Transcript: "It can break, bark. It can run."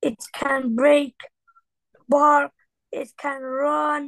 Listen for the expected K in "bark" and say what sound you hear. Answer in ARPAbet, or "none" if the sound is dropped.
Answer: none